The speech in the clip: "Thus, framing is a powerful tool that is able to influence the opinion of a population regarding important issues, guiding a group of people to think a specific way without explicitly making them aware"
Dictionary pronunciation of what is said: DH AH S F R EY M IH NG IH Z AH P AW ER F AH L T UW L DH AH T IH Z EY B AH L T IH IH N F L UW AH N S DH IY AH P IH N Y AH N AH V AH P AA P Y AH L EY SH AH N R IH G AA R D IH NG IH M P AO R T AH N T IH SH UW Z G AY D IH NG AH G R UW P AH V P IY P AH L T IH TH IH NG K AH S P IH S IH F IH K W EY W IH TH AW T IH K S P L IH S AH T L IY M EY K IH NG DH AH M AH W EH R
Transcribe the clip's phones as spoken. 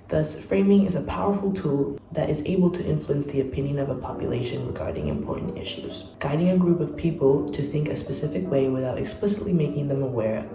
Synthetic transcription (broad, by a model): DH AH S F R EY M IH NG IH Z AH P AW ER F L T UW L DH AH T IH Z EY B L T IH IH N F L UW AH N S DH IY AH P IH N Y AH N AH V AH P AA P Y AH L EY SH AH N R IH G AA R D IH NG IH M P AO R T N T IH SH UW Z G AY D IH NG AH G R UW P AH V P IY P L T IH TH IH NG K AH S P IH S IH F IH K W EY W IH TH AW T IH K S P L IH S AH T L IY M EY K IH NG DH AH M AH W EH R